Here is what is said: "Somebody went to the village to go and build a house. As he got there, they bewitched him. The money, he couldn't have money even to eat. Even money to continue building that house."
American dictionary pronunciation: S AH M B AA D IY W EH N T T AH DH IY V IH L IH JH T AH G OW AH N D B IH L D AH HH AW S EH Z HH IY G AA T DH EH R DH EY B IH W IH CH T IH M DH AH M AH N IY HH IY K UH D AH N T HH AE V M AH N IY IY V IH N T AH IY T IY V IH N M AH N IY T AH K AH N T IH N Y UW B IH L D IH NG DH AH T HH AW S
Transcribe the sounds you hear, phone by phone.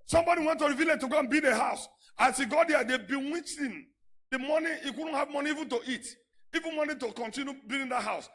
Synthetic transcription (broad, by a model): S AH M B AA D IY W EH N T T AH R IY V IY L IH T AH G OW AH N B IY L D AH HH AW S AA S HH IY G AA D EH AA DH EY B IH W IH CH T IH M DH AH M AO N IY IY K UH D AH N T HH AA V M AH N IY IY V IH N T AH IY T IY V IH N M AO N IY T AH K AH N T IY N Y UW B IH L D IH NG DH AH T HH AW S